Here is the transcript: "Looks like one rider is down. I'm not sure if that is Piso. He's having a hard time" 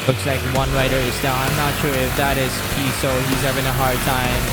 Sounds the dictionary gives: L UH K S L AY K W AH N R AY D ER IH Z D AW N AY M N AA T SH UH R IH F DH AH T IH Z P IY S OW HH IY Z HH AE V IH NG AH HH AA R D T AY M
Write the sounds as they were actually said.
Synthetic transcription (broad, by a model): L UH K S L AY K W AH N R AY D ER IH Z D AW AY M N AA T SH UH R IH F DH AH T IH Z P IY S OW HH IY Z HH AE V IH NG AH HH AA R D T AY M